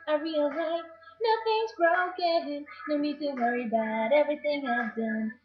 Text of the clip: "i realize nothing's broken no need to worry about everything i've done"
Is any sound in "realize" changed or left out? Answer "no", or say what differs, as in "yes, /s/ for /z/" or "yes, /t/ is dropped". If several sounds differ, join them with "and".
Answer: yes, /z/ is dropped